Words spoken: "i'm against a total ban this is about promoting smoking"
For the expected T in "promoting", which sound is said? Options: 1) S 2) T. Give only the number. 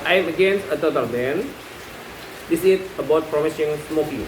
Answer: 1